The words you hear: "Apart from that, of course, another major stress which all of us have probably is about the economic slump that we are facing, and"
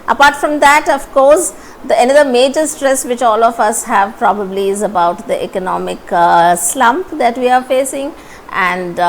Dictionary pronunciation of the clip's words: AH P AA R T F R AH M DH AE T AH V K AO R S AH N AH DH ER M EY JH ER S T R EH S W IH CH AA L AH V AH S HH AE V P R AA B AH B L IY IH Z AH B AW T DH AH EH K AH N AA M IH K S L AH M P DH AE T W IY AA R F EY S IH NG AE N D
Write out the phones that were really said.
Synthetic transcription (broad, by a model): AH P AA R T F R AH M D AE T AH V K AO R S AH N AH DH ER M EY JH ER S T R EH S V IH CH AA L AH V AH S HH AE V P R AA B AH B L IY IH Z AH B AW T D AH EH K AH N AA M IH K S L AH M P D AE T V IY AA R F EY S IH NG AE N D